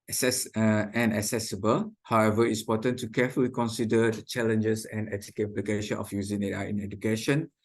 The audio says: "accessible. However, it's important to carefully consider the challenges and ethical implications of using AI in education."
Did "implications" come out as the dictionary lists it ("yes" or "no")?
no